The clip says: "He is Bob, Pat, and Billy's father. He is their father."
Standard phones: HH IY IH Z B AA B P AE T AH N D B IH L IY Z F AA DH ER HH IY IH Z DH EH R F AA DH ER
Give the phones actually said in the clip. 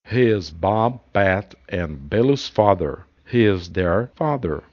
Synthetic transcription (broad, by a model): HH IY IH Z B AA B B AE T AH N B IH L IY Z F AA DH ER HH IY IH Z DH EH R F AA DH ER